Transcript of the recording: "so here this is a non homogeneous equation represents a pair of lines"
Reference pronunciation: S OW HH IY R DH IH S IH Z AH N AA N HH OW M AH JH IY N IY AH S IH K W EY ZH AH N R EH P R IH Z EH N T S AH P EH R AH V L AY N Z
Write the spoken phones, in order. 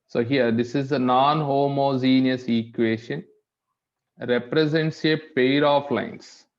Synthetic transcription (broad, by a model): S OW HH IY R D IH S IH Z AH N AA N HH OW M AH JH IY N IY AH S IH K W EY SH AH N R EH P R IH Z EH N T S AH P EH R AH F L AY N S